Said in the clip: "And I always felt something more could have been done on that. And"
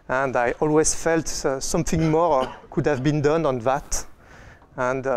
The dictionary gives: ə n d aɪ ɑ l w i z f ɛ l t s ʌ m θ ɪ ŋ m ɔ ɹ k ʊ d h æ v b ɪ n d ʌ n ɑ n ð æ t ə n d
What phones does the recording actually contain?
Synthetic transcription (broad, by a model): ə n d aɪ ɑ l w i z f ɛ l t s ʌ m θ ɪ ŋ m ɔ ɹ k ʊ d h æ v b ɪ n d ʌ n ɑ n ð æ t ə n d